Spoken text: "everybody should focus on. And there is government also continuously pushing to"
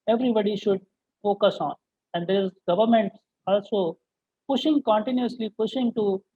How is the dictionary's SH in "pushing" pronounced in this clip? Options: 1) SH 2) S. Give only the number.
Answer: 1